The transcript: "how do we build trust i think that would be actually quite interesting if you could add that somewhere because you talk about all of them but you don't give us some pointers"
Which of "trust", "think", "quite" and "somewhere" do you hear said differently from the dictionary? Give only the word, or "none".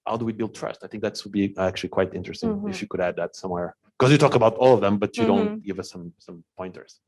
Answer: none